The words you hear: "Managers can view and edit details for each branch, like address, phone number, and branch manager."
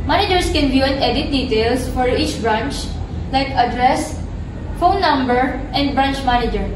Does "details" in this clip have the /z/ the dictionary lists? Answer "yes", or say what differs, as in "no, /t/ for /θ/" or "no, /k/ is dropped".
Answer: no, /s/ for /z/